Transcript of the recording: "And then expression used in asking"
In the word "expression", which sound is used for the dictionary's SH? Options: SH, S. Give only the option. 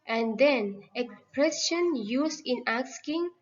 S